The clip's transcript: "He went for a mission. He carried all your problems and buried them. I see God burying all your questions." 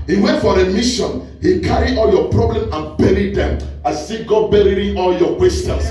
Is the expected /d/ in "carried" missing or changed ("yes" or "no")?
yes